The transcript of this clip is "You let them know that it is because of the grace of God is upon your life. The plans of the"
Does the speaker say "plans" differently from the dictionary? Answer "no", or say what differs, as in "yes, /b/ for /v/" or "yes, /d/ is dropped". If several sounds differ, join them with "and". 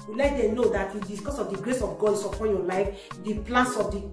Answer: yes, /s/ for /z/